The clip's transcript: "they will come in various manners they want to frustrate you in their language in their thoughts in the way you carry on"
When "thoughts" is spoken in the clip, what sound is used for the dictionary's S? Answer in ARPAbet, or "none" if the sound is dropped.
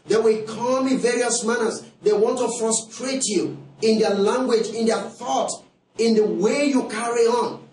none